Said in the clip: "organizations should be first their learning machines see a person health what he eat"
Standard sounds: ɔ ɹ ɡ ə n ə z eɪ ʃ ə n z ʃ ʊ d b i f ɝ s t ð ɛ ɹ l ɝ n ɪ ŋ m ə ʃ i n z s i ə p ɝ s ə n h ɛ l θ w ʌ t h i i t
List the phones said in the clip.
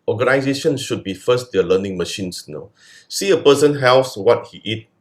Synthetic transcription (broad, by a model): ɔ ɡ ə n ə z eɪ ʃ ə n ʃ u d b i f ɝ s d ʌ l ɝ n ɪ ŋ m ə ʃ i n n s i ə p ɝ s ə n h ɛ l s w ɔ t h i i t